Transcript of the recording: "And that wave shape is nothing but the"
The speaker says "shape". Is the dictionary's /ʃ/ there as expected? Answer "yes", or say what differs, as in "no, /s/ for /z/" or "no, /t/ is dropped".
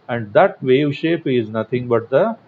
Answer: yes